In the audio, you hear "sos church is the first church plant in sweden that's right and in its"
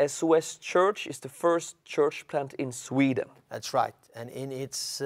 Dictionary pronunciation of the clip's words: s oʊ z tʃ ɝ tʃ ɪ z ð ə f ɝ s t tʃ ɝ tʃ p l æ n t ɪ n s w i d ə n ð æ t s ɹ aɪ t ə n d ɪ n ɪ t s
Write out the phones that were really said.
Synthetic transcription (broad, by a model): s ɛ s tʃ ɝ tʃ ɪ z ð ə f ɝ s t tʃ ɝ tʃ p l æ n t ɪ n s w i d ə n ð æ t s ɹ aɪ t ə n ɪ n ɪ t s